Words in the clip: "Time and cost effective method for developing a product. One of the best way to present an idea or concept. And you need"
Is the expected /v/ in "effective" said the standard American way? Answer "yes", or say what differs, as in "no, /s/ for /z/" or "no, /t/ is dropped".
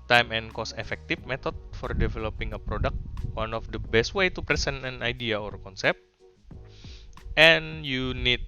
no, /f/ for /v/